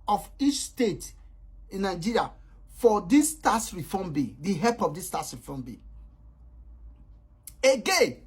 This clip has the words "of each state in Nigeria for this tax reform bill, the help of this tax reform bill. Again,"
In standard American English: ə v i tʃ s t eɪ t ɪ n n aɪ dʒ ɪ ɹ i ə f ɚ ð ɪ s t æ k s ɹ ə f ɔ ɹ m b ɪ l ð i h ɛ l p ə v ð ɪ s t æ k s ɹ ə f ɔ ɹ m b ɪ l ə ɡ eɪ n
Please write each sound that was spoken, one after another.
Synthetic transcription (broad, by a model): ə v i tʃ s t eɪ t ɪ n n aɪ dʒ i ɹ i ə f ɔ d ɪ s t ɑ s ɹ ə f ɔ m b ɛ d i h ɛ p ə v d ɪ s t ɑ s ɹ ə f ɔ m b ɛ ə ɡ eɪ n